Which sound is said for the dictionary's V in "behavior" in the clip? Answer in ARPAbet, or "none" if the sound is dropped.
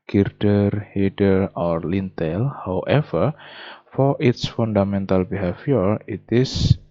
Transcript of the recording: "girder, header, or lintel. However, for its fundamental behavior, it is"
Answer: F